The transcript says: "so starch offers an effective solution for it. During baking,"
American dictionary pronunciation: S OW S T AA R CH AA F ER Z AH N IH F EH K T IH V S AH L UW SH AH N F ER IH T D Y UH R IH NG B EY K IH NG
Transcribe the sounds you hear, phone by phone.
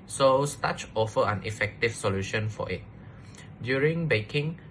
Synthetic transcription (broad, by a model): S OW S T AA CH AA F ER AH N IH F EH K T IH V S AH L UW SH AH N F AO IH T D Y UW R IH NG B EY K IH NG